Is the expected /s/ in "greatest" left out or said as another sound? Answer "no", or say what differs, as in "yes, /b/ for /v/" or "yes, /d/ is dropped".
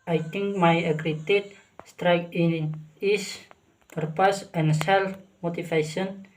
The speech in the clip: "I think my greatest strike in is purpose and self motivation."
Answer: yes, /s/ is dropped